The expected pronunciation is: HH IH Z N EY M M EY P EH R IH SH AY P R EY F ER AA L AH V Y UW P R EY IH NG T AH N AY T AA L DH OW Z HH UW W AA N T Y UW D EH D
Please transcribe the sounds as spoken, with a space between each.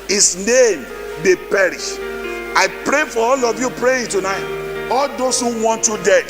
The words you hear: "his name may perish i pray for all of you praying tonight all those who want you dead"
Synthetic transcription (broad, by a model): HH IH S N EY M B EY P EH R IH SH AY P R EY F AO AA L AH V Y UW P R EY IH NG T AH N AY T AA L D OW S HH UW W AA N T Y UW D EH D